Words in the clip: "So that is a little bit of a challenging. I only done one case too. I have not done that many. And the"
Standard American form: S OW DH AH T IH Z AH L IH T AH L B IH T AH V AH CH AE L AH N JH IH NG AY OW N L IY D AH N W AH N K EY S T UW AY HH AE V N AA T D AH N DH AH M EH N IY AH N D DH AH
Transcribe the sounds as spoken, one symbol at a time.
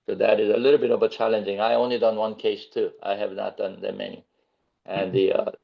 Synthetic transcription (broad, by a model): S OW DH AH T IH Z AH L IH T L B IH T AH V AH CH AE L AH N JH IH NG AY OW N L IY D AH N W AH N K EY S T UW AY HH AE V N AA T D AH N DH AH M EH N IY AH N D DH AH